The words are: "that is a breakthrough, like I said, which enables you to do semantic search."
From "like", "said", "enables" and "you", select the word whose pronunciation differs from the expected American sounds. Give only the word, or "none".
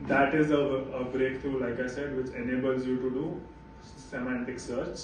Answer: none